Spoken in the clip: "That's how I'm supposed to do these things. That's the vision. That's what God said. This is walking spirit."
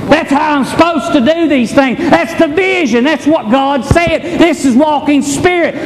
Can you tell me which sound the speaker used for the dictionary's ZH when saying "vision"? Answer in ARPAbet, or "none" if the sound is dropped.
ZH